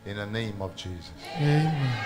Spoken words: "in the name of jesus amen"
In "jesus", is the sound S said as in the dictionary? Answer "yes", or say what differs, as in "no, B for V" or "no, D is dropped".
yes